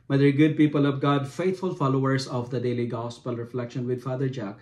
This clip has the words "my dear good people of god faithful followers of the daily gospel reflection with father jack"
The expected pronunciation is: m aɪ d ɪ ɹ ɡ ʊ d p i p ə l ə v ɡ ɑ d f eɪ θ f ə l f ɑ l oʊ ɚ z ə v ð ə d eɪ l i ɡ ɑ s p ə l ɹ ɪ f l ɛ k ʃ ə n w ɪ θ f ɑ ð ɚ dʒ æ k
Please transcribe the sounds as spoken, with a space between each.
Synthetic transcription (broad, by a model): m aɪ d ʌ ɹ ɡ ʊ d p i p ə l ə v ɡ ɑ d f eɪ t f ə l f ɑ l oʊ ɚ s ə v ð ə d eɪ l i ɡ ɑ s p ə l ɹ ɪ f l ɛ k ʃ ə n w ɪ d f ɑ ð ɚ dʒ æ k